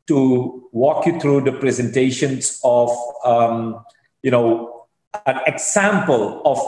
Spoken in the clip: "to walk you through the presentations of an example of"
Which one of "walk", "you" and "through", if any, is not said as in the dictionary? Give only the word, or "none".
through